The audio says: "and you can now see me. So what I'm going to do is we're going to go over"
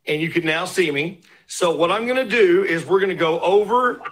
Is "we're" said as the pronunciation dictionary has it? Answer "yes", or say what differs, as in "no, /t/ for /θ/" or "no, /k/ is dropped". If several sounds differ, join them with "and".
yes